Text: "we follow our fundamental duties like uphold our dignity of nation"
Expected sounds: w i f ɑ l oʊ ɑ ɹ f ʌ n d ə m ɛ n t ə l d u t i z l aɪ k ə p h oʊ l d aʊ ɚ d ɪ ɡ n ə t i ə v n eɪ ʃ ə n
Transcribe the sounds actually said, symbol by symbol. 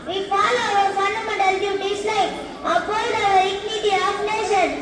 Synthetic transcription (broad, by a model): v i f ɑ l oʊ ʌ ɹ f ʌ n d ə m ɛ n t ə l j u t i s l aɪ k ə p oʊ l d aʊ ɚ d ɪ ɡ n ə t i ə p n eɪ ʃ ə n